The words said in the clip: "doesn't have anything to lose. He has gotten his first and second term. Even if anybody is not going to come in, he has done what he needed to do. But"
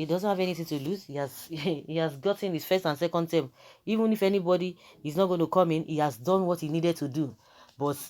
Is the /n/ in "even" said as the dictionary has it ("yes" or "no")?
yes